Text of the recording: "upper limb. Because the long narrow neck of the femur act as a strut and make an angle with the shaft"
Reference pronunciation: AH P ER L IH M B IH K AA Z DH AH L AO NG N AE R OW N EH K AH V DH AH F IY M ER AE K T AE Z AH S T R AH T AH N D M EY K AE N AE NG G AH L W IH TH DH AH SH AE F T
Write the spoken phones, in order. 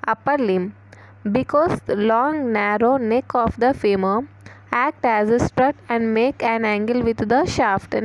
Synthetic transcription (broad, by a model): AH P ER L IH M B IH K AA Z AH L AO NG N AE R OW N EH K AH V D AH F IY M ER AE K T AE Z AH S T R AH T AH N D M EY K AE N AE NG G AH L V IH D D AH SH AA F T